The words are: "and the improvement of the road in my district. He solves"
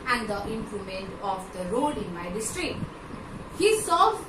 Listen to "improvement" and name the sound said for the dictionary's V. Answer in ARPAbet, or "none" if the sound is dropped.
none